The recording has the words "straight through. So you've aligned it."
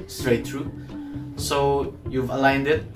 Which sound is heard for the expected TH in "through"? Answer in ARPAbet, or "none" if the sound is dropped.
T